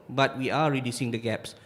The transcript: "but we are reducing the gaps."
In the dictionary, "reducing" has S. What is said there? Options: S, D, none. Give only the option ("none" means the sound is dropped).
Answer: S